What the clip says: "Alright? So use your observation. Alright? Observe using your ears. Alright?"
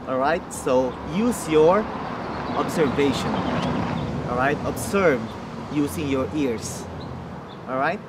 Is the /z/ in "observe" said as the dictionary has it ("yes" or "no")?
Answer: no